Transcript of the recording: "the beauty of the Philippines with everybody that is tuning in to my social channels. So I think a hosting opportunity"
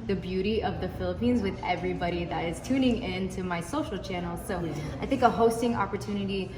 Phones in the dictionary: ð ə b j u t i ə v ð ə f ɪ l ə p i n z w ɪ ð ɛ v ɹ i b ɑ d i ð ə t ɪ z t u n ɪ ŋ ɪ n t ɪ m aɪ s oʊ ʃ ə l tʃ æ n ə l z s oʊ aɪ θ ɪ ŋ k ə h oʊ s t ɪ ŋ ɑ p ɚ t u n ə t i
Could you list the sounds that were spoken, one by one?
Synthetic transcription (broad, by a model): ð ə b j u t i ə v ð ə f ɪ l ə p i n z w ɪ ð ɛ v ɹ i b ɑ d i ð ə t ɪ z t u n ɪ ŋ ɪ n t ɪ m aɪ s oʊ ʃ l tʃ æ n l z s oʊ aɪ θ ɪ ŋ k ə h oʊ s t ɪ ŋ ɑ p ɚ t u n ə t i